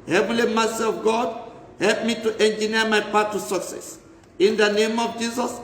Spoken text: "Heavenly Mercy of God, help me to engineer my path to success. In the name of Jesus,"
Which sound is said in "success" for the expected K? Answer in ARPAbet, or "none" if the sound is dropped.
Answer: K